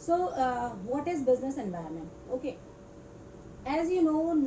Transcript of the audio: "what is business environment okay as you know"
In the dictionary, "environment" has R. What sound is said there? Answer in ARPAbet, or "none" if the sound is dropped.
none